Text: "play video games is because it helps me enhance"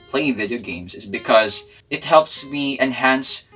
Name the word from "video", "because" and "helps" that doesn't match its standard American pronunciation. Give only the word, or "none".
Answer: none